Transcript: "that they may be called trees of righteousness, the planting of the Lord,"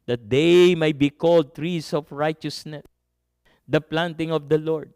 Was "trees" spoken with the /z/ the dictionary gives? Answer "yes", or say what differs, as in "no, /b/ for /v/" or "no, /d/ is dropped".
no, /s/ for /z/